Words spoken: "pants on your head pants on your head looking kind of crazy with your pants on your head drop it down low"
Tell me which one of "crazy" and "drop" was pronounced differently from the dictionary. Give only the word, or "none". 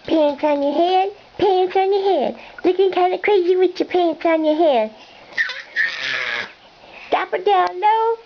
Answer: drop